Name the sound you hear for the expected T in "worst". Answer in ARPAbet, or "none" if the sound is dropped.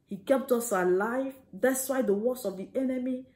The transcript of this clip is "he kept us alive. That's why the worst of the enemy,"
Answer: none